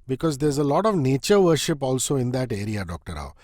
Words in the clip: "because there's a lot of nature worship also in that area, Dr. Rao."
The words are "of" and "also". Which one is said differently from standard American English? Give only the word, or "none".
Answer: none